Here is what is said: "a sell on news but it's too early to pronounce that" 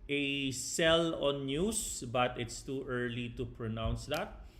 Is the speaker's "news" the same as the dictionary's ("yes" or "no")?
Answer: no